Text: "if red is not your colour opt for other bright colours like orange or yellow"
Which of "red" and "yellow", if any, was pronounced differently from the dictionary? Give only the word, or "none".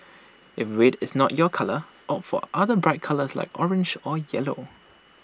red